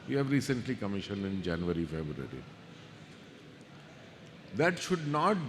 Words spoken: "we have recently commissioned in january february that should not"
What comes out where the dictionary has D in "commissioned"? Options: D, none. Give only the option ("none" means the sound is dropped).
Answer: none